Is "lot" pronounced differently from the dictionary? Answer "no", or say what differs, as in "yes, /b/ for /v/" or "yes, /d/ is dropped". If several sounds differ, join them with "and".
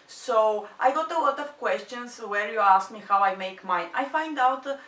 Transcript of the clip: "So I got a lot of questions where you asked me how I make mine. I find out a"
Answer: no